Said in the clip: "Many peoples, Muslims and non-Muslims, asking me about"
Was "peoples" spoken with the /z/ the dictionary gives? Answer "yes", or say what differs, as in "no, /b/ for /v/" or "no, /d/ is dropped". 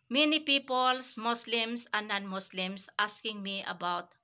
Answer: no, /s/ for /z/